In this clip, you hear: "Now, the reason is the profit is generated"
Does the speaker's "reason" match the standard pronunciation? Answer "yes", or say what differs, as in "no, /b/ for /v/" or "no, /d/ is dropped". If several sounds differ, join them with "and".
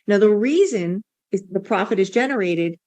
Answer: yes